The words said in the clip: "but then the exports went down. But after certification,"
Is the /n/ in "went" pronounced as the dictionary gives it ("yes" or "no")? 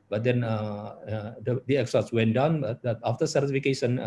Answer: yes